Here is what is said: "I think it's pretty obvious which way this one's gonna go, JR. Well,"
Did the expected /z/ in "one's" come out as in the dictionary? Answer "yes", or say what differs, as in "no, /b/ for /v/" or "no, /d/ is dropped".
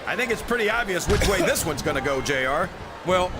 yes